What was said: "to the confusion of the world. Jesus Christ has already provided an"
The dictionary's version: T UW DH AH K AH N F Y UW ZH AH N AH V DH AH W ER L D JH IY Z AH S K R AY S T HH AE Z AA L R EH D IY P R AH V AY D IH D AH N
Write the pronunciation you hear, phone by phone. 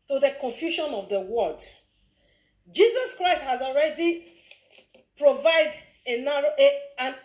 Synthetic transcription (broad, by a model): T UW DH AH K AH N F Y UW SH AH N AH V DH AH W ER D JH IY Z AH S K R AY S T HH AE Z AA L R EH D IY P R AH V AY D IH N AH N